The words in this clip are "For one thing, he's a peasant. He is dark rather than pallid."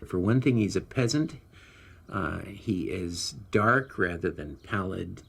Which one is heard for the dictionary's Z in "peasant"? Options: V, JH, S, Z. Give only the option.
Z